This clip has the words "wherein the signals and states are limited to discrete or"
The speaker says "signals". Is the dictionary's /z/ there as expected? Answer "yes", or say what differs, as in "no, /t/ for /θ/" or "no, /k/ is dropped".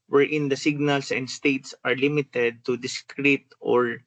no, /s/ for /z/